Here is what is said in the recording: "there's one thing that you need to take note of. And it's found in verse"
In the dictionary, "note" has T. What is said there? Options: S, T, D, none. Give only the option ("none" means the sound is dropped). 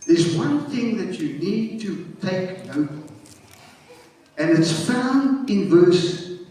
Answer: none